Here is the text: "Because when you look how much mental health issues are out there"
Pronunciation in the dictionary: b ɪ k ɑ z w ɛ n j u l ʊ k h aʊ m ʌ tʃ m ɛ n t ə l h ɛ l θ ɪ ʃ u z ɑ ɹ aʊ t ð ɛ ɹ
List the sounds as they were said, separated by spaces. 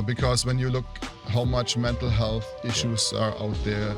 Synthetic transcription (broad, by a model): b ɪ k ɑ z w ɛ n j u l ʊ k h aʊ m ʌ tʃ m ɛ n t l h ɛ l θ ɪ ʃ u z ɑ ɹ aʊ t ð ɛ ɹ